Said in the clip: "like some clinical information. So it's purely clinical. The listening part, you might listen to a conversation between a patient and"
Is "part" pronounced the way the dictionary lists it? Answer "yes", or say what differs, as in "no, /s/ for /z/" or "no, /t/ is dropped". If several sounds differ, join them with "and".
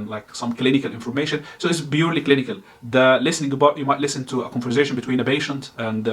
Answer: no, /b/ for /p/